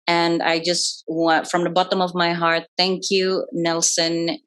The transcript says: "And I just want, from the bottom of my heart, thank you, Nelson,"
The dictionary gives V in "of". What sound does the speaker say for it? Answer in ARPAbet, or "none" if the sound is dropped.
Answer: V